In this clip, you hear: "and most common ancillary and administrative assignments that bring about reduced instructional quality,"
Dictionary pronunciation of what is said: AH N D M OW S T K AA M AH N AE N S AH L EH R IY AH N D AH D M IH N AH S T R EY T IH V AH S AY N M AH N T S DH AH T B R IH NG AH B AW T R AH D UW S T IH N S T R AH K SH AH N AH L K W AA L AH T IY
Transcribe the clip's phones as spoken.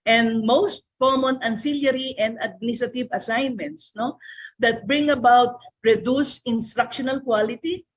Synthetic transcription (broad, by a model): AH N D M OW S T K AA M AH N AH N S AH L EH R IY AH N D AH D M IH N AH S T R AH T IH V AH S AY N M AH N T S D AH T B R IH NG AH B AW T R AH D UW S IH N S T R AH K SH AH N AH L K W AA L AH T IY